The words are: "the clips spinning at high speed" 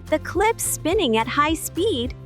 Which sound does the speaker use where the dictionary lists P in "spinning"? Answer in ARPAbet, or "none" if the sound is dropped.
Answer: P